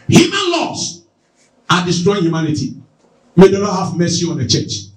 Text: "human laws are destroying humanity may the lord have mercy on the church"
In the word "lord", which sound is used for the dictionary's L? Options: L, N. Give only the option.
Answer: N